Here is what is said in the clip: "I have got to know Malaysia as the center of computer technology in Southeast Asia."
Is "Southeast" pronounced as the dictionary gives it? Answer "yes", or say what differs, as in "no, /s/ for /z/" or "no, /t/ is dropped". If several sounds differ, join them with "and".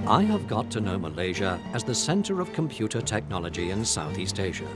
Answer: yes